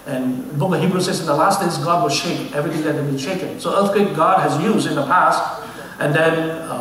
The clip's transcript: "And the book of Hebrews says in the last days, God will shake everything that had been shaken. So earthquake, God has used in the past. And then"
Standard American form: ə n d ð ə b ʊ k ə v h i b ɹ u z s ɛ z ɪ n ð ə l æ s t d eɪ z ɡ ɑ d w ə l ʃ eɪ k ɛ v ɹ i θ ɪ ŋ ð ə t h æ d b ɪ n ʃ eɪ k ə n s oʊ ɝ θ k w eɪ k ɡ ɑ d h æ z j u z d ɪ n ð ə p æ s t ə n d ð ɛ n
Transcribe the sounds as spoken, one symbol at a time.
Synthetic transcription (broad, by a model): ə n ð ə b ʊ k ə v h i b ɹ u s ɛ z ɪ n ð ə l æ s t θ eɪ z ɡ ɑ d w ə l ʃ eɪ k ɛ v ɹ i θ ɪ ŋ ð ə t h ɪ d b ɪ n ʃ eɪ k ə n s oʊ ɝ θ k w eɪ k ɡ ɑ d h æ z j u z d ɪ n ð ə p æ s t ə n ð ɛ n